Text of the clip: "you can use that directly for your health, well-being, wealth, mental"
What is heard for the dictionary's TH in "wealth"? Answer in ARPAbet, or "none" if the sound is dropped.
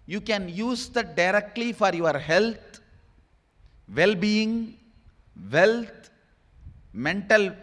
T